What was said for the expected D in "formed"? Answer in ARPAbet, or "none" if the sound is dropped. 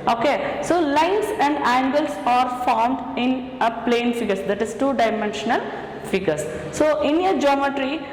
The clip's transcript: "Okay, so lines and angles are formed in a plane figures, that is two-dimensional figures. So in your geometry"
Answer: D